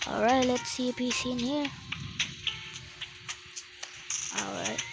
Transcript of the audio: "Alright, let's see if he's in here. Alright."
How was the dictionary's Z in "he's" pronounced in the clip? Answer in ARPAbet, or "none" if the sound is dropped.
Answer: S